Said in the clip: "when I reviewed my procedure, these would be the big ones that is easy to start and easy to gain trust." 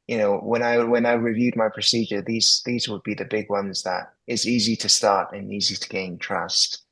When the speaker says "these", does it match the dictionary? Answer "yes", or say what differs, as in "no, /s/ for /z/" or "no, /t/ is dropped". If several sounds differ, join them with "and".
yes